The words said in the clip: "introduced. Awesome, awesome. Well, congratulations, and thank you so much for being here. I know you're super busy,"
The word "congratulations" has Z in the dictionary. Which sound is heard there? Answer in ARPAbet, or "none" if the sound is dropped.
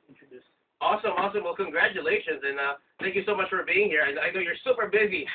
Z